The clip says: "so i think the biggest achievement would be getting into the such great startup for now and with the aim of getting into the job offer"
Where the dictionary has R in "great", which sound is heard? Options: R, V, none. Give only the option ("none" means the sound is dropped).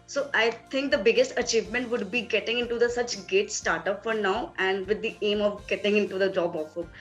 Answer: none